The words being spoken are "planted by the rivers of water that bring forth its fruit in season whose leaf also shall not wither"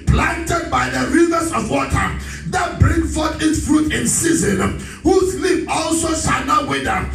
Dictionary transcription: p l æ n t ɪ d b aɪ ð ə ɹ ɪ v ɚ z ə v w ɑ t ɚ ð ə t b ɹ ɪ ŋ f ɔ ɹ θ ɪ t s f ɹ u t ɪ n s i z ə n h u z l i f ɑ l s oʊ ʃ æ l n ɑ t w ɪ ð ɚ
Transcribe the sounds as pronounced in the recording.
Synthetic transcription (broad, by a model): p l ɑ n t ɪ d b aɪ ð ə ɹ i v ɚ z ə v w ɑ t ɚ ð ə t b ɹ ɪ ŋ f ɔ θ ɪ t s f ɹ u t ɪ n s i z ə n h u s l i p ɑ l s oʊ ʃ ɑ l n ɑ t w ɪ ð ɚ